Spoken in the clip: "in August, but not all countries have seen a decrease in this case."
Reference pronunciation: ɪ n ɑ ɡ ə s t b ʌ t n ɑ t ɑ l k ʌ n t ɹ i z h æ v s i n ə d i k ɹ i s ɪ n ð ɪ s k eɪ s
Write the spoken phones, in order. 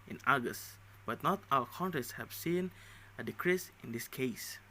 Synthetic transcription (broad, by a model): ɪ n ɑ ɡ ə s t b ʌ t n ɑ t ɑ w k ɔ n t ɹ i s h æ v s i n ə d i k ɹ i s ɪ n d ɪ s k eɪ s